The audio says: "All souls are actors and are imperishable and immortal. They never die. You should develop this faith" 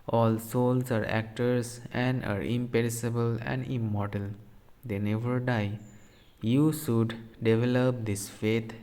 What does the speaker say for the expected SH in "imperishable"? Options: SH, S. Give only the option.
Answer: S